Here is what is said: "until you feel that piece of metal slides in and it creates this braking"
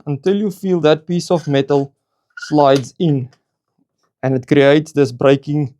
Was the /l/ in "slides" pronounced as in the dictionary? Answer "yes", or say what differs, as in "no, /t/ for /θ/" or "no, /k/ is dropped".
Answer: yes